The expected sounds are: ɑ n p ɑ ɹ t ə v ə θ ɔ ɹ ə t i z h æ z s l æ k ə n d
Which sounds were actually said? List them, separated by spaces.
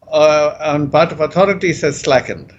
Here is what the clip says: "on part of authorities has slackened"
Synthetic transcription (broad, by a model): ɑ n b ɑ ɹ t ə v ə t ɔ ɹ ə t i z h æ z s l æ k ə n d